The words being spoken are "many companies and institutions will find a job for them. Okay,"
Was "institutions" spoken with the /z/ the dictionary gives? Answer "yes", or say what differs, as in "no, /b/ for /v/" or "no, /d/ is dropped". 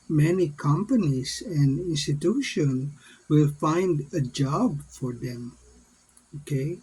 no, /z/ is dropped